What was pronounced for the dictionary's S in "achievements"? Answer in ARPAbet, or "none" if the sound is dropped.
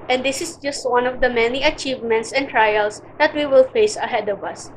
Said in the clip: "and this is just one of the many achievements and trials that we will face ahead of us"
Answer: S